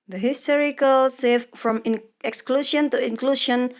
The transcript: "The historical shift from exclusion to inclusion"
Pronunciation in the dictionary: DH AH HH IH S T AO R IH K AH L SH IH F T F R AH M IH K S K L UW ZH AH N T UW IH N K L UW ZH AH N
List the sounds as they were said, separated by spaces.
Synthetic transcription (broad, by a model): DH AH HH IH S T AO R IH K AH L S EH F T F R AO M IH K S K L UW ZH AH N T UW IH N K L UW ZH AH N